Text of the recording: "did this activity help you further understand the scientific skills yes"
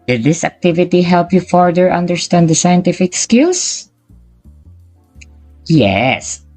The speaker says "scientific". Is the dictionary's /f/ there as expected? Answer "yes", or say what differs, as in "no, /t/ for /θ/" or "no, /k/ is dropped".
yes